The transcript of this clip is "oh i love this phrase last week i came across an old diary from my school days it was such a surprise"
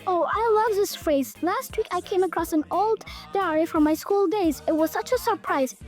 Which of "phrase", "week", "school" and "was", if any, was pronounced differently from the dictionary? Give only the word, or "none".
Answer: none